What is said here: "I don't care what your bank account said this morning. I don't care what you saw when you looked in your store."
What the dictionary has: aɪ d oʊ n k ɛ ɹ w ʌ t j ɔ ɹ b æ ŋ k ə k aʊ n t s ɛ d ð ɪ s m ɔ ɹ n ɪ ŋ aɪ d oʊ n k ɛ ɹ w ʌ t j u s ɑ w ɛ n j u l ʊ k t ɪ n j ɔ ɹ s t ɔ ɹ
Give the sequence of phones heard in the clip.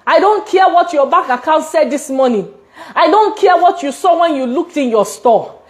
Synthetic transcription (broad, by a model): aɪ d oʊ n k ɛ w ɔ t j ɔ b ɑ k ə k aʊ n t s ɛ d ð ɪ s m ɔ n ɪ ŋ aɪ d oʊ n k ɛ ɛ w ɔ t j u s ɑ w ɛ n j u l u k t ɪ n j ɔ s t ɔ